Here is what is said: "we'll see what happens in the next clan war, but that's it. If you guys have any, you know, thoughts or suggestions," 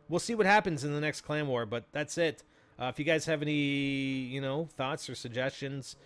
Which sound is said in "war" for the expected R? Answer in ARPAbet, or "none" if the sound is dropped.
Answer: R